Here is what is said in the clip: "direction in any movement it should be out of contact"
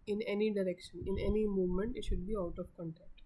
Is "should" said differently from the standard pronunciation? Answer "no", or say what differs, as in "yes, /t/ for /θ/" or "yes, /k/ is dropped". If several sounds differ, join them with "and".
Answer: no